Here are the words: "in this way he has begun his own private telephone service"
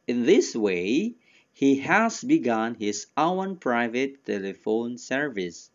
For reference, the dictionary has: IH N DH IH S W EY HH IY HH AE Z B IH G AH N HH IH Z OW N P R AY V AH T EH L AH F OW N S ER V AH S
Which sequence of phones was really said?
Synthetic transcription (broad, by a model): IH N DH IH S W EY HH IY HH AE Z B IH G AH N HH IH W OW N P R AY V AH T EH L AH F OW N S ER V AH S